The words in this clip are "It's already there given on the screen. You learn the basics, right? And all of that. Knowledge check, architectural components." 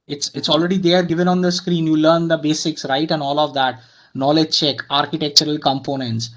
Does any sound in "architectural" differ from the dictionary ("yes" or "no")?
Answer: no